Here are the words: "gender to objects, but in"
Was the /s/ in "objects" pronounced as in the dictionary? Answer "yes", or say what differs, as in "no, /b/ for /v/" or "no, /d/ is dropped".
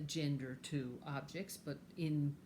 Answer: yes